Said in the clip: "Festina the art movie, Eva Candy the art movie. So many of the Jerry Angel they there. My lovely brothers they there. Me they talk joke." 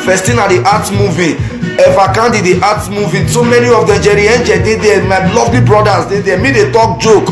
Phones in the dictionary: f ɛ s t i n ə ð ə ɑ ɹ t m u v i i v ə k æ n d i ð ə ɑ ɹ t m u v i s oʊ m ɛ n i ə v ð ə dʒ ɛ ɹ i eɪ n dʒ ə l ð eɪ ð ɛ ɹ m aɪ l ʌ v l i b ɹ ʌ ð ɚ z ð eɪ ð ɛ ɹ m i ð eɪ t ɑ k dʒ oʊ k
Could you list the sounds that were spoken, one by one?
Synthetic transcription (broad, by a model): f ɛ s t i n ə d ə ɑ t m u v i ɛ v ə k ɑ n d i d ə ɑ t m u v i s oʊ m ɛ n i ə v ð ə dʒ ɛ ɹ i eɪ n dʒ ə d eɪ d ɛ m aɪ l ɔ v l i b ɹ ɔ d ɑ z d eɪ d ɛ m i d eɪ t ɑ k dʒ oʊ k